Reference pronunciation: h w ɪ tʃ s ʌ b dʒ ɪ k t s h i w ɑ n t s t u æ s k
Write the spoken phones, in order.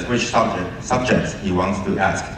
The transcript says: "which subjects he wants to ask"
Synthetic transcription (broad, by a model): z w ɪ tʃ s ʌ b dʒ ɪ k t s h i w ɑ n t s t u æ s k